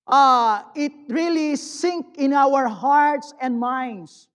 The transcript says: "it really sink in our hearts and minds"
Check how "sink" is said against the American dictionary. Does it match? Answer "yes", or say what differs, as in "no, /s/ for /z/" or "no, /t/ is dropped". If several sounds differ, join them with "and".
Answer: yes